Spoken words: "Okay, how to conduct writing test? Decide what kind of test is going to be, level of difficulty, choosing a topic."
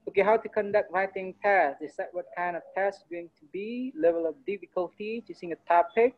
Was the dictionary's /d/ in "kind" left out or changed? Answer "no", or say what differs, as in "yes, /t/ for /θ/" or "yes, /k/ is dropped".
no